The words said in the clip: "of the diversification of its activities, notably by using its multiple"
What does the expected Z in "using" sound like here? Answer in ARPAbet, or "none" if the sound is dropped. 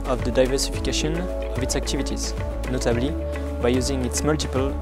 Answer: Z